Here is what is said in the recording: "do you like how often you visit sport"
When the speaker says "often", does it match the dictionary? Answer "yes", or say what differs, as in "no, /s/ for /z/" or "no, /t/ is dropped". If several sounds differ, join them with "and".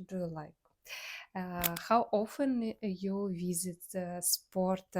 yes